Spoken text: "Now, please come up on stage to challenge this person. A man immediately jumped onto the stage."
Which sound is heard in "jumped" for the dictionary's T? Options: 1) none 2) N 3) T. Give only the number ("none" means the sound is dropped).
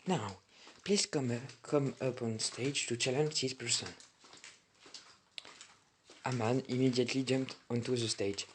3